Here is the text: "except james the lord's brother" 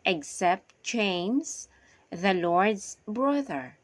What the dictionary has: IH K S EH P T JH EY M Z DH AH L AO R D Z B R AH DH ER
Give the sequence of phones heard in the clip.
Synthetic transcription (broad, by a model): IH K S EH P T CH EY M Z DH AH L AO R D Z B R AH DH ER